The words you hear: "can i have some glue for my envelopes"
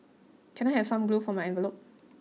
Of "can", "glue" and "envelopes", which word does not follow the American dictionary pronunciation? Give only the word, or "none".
envelopes